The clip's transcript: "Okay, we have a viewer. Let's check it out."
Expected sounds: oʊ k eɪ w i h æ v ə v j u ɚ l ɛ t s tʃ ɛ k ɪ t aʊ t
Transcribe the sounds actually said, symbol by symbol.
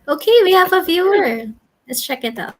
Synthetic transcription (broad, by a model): oʊ k eɪ w i h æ v ə v j u ɚ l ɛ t s tʃ ɛ k ɪ t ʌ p